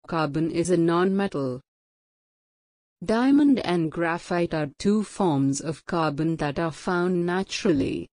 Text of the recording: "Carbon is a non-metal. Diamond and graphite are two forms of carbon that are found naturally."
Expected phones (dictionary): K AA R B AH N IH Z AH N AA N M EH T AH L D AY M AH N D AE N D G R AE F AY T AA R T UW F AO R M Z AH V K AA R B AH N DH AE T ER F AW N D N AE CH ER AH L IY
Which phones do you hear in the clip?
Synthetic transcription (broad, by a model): K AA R B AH N IH Z AH N AA N M EH T AH L D AY M AH N D AE N D G R AE F AY T AA R T UW F AO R M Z AH V K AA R B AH N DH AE T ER F AW N D N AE CH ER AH L IY